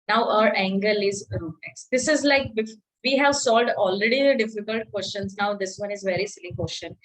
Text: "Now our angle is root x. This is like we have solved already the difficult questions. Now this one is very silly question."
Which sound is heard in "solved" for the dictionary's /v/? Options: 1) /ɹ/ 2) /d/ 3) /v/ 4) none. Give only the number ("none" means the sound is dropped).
4